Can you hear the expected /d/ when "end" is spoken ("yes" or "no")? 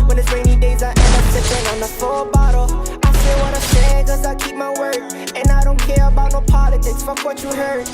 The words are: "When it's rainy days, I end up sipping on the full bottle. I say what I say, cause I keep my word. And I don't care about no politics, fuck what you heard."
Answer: no